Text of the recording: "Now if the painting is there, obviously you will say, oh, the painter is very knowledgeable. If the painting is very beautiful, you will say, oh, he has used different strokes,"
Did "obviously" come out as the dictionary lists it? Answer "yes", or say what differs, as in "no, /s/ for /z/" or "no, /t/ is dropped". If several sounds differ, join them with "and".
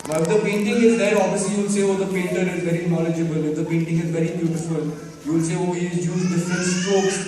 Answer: no, /v/ is dropped